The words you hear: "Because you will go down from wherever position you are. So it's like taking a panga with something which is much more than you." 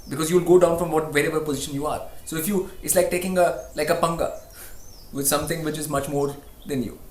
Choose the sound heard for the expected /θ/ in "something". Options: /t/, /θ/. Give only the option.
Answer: /t/